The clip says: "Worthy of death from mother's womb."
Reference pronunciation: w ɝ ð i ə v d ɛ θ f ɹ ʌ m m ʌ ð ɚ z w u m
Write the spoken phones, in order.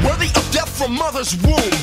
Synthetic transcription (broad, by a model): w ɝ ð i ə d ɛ t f ɹ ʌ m m ʌ ð ɚ z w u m